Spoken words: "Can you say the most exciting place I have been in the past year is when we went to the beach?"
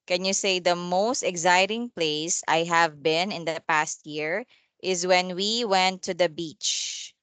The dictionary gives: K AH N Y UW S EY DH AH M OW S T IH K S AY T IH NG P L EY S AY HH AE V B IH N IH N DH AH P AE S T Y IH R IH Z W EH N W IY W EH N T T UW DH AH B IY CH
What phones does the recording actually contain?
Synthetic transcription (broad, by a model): K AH N Y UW S EY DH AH M OW S T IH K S AY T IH NG P L EY S AY HH AE V B IH N IH N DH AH P AE S T Y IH R IH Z W EH N W IY W EH N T T UW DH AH B IY CH